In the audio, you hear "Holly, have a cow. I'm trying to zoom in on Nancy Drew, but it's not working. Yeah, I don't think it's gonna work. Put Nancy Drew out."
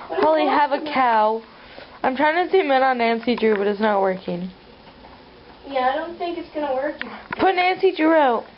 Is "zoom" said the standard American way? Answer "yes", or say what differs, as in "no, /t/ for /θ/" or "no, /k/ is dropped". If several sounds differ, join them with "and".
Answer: no, /s/ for /z/